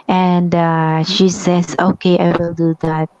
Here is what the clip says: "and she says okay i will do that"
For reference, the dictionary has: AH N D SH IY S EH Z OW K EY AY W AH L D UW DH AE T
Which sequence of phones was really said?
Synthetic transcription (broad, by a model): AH N D SH IY S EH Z OW K EY AY W AH L D UW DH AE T